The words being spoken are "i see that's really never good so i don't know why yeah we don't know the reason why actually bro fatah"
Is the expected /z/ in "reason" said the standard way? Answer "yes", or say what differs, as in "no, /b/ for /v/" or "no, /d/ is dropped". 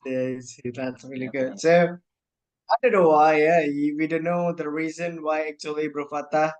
yes